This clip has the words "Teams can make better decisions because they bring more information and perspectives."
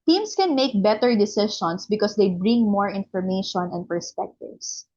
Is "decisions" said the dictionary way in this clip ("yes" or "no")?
no